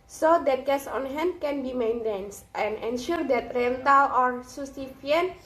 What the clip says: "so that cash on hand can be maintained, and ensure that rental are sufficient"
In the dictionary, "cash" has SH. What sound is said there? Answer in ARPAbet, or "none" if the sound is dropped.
S